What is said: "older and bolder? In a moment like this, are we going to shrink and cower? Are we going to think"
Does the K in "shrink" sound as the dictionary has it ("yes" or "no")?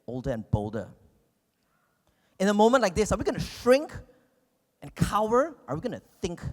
yes